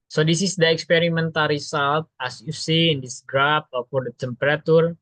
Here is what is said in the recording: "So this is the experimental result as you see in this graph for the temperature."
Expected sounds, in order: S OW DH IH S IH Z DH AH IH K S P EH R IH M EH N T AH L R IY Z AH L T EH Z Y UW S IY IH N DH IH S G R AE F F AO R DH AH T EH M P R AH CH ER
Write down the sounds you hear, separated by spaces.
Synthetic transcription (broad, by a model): S OW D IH S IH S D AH IH K S P EH R IH M EH N T AH L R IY S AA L T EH S Y UW S IY IH N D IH S G R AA P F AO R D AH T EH M P R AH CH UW